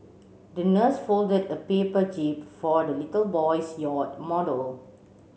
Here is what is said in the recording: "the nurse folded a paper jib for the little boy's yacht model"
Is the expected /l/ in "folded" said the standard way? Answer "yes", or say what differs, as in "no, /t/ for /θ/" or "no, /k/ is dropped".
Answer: yes